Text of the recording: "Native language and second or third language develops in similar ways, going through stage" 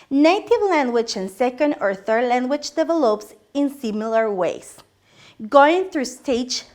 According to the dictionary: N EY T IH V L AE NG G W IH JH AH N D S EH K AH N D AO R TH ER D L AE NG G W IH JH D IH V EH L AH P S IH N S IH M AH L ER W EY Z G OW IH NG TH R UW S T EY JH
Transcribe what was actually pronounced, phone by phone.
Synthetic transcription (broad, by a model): N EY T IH V L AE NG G W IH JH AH N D S EH K AH N D AO R TH ER D L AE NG G W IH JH D IH V EH L AH P S IH N S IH M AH L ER W EY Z G OW IH NG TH R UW S T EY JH